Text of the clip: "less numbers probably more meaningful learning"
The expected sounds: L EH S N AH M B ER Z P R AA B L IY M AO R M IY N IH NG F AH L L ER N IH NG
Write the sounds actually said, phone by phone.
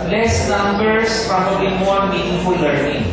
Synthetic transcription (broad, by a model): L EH S L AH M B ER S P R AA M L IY M AO R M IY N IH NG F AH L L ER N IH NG